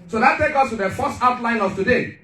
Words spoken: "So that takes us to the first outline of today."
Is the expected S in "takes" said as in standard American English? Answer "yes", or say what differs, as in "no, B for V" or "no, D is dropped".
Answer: no, S is dropped